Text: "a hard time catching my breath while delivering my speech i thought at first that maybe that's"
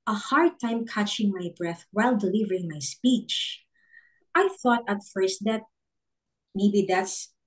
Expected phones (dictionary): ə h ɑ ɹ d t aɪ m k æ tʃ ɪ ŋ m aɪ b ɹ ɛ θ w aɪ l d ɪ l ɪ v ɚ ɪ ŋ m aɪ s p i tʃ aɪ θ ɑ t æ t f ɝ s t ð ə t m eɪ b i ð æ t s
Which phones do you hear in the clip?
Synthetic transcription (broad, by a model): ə h ɑ ɹ d t aɪ m k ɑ tʃ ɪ ŋ m aɪ b ɹ ɛ θ w aɪ l d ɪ l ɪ v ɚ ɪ ŋ m aɪ s p i tʃ aɪ θ ɑ t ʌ t f ɝ s t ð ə t m eɪ b i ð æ t s